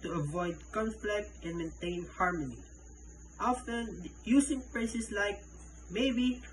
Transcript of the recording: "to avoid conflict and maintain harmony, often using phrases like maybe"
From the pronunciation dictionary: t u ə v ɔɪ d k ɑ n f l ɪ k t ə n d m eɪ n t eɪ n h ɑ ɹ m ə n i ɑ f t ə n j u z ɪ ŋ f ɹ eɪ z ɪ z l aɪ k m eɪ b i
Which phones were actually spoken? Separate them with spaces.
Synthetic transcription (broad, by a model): t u ə v ɔɪ d k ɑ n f l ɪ k t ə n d m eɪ n t eɪ n h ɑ ɹ m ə n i ɑ f t ə n j u s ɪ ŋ p ɹ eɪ s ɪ s l aɪ k m eɪ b i